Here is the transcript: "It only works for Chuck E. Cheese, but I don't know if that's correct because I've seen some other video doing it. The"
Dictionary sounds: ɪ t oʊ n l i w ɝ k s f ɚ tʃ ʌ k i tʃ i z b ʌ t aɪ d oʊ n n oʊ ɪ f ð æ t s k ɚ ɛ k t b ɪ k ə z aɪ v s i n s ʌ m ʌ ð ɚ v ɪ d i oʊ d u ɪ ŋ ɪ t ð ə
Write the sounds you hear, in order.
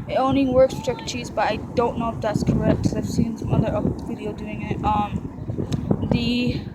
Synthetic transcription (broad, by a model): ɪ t oʊ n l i w ɝ k s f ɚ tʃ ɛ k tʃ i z b ʌ t aɪ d oʊ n n oʊ ɪ f ð æ t s k ɚ ɛ k t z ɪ ə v s i n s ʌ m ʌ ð ɚ v ɪ d i oʊ d u ɪ ŋ ɪ t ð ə